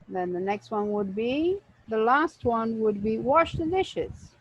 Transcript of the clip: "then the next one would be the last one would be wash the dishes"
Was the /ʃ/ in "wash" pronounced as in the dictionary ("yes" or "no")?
yes